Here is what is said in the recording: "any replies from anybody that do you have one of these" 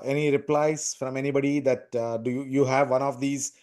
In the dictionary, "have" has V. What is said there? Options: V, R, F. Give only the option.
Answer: V